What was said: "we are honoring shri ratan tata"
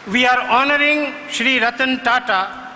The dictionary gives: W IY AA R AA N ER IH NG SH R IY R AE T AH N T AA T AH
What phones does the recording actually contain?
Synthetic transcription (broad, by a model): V IY AA R AA N ER IH NG SH R IY R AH T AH N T AA T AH